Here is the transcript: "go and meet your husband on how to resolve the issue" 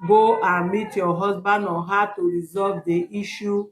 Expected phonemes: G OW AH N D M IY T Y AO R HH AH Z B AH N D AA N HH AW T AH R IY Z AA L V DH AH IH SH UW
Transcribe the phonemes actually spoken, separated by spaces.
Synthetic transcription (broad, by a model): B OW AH M IY T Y AO HH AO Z B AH N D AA HH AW T AH R IY Z AA L V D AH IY SH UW